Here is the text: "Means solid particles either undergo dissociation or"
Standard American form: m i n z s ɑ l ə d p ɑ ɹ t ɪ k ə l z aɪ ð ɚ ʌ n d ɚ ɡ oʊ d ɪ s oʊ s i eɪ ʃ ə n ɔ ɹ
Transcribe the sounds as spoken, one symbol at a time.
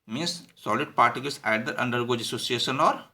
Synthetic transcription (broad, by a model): m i n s s ɑ l ə d p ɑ ɹ t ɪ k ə l s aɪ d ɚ ʌ n d ɚ ɡ oʊ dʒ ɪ s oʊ s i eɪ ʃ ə n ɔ ɹ